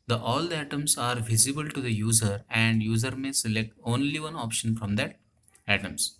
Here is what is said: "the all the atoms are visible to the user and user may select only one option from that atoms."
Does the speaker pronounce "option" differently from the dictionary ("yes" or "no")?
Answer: no